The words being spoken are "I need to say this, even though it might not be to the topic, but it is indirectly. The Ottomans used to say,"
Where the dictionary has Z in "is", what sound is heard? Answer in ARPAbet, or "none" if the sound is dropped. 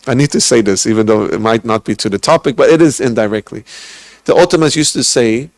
Z